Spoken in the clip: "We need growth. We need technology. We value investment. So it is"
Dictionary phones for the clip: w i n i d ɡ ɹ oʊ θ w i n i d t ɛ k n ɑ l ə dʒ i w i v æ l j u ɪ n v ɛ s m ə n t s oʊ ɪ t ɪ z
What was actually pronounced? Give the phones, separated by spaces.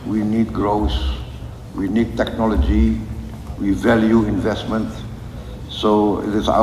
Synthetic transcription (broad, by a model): w i n i d ɡ ɹ oʊ s w i n i d t ɛ k n ɑ l ə dʒ i w i v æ l j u ɪ n v ɛ s m ə n t s oʊ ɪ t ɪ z